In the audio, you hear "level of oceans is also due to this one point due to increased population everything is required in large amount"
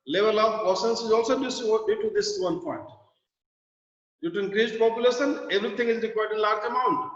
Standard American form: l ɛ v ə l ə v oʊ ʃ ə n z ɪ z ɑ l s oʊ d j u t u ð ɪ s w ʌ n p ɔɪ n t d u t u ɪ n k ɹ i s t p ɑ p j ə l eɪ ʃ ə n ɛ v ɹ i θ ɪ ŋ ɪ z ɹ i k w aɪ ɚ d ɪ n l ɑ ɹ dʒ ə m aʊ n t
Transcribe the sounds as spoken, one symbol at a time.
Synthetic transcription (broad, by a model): l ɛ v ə l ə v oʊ s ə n s ɪ z ɑ l s oʊ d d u t u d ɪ s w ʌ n p ɔɪ n t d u t u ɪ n k ɹ i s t p ɑ p j ə l eɪ ʃ ə n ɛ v ɹ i t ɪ ŋ ɪ z ɹ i k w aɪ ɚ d ɪ n l ɑ ɹ dʒ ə m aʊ n t